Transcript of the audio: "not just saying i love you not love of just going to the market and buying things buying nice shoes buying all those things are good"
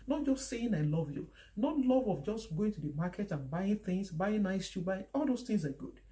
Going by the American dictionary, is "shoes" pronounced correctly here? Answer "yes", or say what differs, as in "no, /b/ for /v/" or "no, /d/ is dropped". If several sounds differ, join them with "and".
no, /z/ is dropped